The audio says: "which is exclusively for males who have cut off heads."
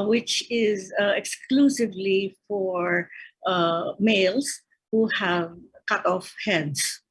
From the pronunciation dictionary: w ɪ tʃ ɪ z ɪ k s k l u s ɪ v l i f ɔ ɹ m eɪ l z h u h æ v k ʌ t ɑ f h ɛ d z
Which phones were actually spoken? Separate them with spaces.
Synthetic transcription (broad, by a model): w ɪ tʃ ɪ z ɪ k s k l u s ɪ v l i f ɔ ɹ m eɪ l s h u h æ v k ʌ t ɑ f h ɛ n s